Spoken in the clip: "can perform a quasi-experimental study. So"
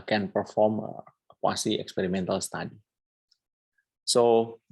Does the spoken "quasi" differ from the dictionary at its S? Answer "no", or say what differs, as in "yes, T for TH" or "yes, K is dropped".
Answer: no